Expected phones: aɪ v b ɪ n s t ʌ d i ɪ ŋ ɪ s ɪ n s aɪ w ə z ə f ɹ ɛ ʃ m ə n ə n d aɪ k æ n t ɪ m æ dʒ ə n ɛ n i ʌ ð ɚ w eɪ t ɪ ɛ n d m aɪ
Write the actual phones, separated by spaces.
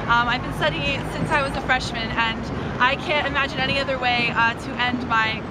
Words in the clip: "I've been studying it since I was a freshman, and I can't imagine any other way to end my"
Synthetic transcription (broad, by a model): aɪ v b ɪ n s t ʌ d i s ɪ n s aɪ w ə z ə f ɹ ɛ ʃ m ə n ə n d aɪ k æ n t ɪ m æ dʒ ə n ɛ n i ʌ ð ɚ w eɪ t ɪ ɛ n d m aɪ